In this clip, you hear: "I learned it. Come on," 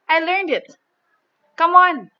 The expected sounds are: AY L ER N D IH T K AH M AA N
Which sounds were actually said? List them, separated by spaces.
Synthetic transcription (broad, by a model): AY L ER N D IH T K AH M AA N